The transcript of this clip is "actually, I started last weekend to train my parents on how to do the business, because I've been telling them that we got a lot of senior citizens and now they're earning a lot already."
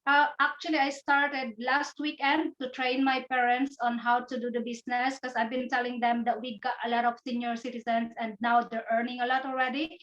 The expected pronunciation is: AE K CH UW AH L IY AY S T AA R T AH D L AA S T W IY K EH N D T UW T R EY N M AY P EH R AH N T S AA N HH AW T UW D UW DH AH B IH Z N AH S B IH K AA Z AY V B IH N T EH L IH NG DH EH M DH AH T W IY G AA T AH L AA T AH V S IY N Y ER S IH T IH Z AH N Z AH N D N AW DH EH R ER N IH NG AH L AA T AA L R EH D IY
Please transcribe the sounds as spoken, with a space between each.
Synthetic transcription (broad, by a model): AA K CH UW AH L IY AY S T AA R T AH D L AA S T W IY K EH N D T UW T R EY N M AY P EH R AH N T S AA N HH AW T UW D UW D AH B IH S N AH S K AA S AY V B IH N T EH L IH NG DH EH M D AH T W IY G AA T AH L AA T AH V S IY N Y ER S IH T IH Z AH N S AH N D N AW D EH R ER N IH NG AH L AA T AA L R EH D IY